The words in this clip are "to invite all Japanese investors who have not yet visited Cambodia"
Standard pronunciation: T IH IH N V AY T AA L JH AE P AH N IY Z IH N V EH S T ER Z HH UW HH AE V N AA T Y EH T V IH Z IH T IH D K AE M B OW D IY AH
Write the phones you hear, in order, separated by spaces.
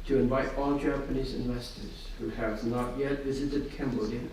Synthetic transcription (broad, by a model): T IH IH N V AY T AA L JH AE P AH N IY Z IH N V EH S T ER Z HH UW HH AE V N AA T Y EH T V IH Z IH T IH D K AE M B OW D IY